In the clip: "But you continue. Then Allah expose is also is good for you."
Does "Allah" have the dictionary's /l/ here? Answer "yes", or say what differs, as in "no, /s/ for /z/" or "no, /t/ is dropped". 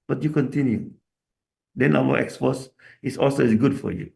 no, /w/ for /l/